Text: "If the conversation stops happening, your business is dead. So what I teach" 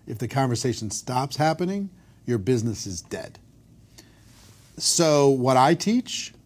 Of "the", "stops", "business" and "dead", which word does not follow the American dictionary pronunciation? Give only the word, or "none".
none